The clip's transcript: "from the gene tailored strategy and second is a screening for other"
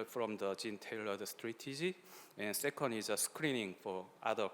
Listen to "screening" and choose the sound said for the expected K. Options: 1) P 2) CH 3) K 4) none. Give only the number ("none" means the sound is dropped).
3